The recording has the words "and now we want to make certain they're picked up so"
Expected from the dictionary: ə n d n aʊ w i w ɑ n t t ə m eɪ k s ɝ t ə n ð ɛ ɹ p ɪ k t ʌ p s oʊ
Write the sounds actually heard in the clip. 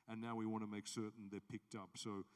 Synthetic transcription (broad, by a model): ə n n aʊ w i w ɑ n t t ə m eɪ k s ɝ t n ð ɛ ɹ p ɪ k t ʌ p s oʊ